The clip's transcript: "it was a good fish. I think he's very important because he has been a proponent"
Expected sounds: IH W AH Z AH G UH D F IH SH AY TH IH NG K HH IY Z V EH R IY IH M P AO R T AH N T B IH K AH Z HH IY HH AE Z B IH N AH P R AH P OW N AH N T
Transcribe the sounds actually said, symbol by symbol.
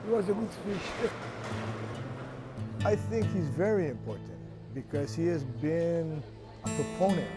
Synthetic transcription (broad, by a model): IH W AH Z AH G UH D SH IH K AY TH IH NG K HH IY Z V EH R IY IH M P AO R T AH N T B IH K AH Z HH IY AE Z B IH N AH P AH P OW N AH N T